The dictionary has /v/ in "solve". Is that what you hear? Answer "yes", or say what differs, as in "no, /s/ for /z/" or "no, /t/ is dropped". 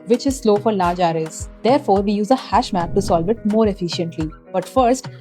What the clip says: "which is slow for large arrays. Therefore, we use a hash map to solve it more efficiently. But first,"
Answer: yes